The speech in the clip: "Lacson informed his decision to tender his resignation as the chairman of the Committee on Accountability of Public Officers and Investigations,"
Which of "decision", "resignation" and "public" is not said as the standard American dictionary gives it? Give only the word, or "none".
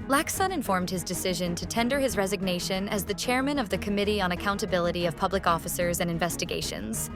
none